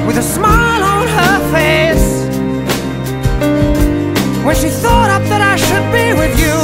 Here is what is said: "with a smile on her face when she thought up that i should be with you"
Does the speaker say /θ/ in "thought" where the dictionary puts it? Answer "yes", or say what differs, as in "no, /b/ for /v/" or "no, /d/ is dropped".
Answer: yes